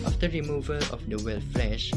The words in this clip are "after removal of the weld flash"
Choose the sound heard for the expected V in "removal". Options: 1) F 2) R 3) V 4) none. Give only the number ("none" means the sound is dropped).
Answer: 3